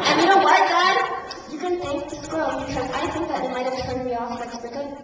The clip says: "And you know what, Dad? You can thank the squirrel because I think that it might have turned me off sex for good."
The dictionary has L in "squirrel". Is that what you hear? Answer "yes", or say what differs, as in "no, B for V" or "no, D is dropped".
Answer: no, N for L